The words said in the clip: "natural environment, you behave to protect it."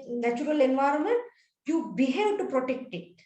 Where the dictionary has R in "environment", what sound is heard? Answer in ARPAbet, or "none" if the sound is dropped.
R